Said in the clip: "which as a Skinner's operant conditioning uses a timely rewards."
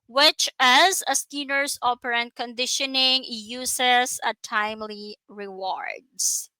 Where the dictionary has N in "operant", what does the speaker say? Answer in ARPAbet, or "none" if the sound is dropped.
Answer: N